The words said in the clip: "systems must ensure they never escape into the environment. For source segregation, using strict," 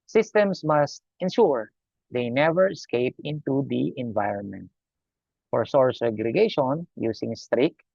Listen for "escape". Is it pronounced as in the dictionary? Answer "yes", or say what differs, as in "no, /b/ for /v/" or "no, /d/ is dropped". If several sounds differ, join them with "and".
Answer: yes